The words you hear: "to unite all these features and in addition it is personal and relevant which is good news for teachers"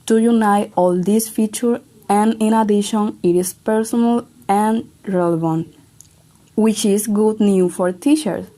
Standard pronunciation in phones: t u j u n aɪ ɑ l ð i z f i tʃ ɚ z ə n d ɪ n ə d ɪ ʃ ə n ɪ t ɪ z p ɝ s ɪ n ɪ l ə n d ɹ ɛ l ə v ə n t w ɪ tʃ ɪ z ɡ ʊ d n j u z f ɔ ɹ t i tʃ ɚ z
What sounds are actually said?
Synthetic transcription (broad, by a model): t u j u n aɪ ɑ l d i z f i tʃ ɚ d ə n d ɪ n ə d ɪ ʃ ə n ɪ t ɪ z p ɝ s ɪ n ɪ l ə n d ɹ ɛ l ə v ə n t w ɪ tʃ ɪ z ɡ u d n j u f ɔ ɹ t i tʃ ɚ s